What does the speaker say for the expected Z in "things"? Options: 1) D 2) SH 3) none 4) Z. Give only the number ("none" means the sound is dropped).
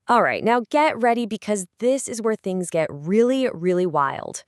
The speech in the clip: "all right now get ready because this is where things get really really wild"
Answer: 4